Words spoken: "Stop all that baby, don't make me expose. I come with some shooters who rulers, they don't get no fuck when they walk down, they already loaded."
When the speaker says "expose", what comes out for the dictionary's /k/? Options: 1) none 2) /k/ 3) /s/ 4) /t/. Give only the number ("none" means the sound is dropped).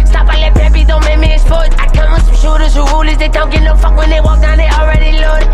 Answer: 1